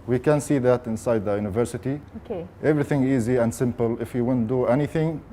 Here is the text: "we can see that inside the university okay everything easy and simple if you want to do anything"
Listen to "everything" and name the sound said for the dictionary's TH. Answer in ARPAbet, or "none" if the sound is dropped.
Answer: TH